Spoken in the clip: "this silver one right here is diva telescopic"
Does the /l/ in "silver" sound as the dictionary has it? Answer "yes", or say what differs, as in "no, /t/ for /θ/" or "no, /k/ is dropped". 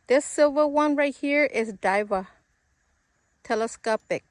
yes